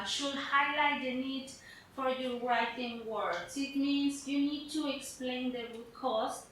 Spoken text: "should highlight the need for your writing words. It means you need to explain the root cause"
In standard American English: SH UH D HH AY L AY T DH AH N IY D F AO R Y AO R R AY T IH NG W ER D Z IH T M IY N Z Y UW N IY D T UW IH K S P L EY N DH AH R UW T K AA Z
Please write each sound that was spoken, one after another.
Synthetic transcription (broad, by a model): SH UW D HH AY L AY T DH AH N IY D F AO R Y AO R R AY T IH NG W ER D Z IH T M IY N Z Y UW N IY D T UW IH K S P L EY N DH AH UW K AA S